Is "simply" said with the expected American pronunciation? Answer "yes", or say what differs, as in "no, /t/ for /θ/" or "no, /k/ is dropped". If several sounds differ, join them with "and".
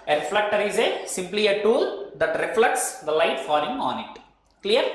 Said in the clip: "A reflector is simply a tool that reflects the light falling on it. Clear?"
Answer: yes